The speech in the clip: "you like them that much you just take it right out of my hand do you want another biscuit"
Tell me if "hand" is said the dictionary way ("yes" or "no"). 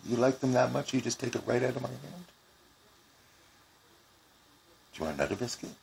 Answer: yes